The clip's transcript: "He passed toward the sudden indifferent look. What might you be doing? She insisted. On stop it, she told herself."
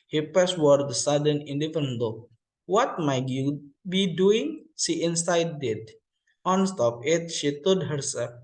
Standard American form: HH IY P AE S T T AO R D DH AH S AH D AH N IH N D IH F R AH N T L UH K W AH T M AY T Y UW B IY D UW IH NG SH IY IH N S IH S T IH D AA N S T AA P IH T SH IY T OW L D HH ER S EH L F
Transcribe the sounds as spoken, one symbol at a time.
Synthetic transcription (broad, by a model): HH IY P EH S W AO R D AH S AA D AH N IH N D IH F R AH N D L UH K W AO T M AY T Y UW B IY D UW IH NG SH IY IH N S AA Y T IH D AA N S T AA P IH T SH IY T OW D HH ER S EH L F